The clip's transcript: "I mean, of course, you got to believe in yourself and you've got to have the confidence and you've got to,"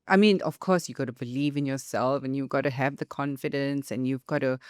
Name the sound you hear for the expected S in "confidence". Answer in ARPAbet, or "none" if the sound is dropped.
S